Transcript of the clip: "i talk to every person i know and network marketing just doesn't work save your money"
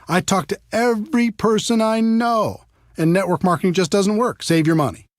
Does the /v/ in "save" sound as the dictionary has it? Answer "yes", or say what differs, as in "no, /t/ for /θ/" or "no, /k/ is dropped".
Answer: yes